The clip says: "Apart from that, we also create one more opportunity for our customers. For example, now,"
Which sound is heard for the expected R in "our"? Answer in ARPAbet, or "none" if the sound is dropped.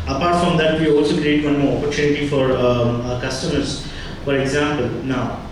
R